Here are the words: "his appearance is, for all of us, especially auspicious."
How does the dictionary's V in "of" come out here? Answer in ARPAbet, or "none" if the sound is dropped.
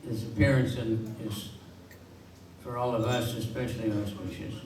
V